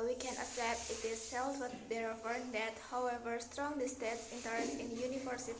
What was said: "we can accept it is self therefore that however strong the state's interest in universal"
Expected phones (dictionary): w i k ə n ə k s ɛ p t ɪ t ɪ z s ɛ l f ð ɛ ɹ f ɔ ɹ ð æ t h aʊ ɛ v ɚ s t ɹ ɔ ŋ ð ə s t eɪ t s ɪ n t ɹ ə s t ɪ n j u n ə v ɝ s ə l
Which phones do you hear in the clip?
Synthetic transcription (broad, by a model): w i k ə n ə s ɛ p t ɪ t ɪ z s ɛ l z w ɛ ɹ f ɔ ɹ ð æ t h aʊ ɛ v ɚ s t ɹ ɔ ŋ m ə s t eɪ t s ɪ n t ə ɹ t ɪ n j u n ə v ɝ s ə